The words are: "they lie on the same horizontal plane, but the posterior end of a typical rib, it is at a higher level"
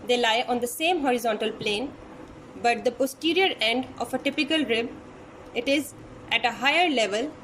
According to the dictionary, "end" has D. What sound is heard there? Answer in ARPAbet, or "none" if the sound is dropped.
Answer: D